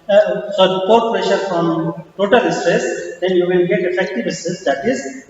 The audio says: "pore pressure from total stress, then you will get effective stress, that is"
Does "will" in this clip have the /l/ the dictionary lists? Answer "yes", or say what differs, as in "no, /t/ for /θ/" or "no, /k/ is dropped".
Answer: no, /n/ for /l/